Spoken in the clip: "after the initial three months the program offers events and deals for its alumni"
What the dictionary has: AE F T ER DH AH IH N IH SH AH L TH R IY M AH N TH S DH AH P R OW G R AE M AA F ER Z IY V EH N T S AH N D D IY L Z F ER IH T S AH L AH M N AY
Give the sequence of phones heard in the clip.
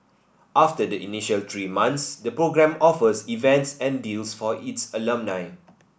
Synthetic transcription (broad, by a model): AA F T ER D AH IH N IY SH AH L T R IY M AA N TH S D AH P R OW G R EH M AA F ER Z IY V EH N T S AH N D D IY L S F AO IH T S AH L AH M N AY